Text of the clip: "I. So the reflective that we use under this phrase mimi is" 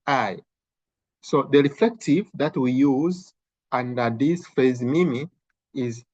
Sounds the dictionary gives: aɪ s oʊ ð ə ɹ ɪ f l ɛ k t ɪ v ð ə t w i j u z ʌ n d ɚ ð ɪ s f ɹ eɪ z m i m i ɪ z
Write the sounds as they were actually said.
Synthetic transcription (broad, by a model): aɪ s oʊ ð ə ɹ ɪ f l ɛ k t ɪ v ð ə t w i j u z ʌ n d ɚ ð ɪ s f eɪ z m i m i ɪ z